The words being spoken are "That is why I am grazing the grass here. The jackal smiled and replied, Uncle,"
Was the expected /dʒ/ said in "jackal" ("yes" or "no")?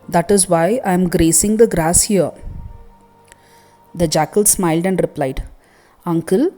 yes